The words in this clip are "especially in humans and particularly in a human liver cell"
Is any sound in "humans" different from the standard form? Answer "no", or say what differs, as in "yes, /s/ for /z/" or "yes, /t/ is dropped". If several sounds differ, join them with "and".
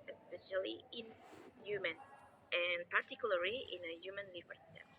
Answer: yes, /z/ is dropped